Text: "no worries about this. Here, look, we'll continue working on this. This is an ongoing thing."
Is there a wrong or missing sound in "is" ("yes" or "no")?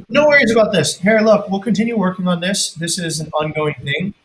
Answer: no